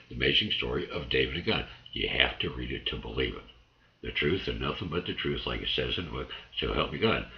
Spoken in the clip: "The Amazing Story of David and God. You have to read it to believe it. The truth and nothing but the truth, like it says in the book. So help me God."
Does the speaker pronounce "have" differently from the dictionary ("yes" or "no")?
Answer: yes